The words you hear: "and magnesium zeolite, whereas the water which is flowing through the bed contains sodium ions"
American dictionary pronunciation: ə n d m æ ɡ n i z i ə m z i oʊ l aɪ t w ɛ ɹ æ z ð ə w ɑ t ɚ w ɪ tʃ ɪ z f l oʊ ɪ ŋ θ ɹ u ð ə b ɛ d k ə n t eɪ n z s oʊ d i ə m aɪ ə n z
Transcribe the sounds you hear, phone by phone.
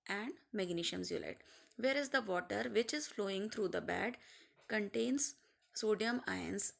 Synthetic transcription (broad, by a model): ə n d m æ ɡ n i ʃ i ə m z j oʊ l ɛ t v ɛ ɹ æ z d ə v ɑ t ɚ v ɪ tʃ ɪ z f l oʊ ɪ ŋ t ɹ u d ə b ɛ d k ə n t eɪ n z s oʊ d i ə m aɪ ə n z